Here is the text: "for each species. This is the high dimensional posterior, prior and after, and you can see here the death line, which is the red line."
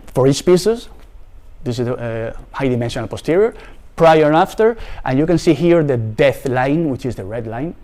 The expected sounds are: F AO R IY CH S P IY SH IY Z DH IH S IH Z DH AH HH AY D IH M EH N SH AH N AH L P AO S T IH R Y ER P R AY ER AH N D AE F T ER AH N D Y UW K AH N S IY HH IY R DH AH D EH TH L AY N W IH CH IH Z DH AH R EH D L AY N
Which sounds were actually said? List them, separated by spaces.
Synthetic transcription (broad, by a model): F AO R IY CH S P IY S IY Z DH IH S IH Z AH HH AY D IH M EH N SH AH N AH L P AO S T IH R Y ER P R AY ER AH F T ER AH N Y UW K AH N S IY HH IY R DH AH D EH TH L AY N W IH CH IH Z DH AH R EH D L AY N